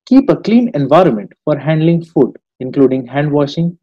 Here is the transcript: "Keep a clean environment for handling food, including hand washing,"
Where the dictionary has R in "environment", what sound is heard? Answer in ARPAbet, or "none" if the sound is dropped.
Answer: R